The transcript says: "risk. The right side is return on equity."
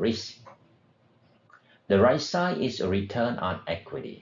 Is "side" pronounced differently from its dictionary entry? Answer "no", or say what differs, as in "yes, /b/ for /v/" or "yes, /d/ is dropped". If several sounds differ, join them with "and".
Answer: yes, /d/ is dropped